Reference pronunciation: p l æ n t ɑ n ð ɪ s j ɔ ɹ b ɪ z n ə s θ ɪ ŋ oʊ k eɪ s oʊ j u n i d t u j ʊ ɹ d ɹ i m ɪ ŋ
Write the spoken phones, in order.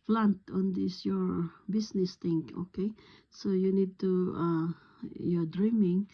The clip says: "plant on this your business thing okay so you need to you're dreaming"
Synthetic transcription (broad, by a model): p l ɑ n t ɑ n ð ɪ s j ɔ ɹ b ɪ s n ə s t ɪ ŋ oʊ k eɪ s oʊ j u n i d t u j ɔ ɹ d ɹ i m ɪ ŋ